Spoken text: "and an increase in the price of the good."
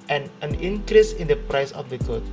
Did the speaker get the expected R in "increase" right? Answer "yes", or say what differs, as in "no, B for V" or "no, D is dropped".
yes